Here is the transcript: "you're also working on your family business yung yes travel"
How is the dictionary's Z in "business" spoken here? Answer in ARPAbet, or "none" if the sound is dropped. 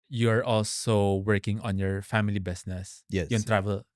S